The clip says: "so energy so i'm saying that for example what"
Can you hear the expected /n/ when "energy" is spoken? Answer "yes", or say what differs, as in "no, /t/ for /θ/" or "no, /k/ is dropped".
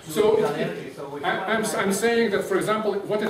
no, /n/ is dropped